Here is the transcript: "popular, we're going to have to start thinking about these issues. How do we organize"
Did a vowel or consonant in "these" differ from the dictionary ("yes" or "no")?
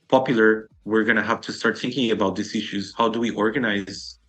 yes